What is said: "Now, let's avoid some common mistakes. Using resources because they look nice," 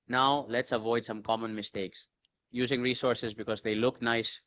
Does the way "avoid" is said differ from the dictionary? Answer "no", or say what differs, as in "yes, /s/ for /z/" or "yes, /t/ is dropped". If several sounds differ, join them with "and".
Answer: no